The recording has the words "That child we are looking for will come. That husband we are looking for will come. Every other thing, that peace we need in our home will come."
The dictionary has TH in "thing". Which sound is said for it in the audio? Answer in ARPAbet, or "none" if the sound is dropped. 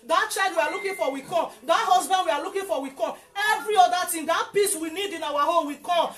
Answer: T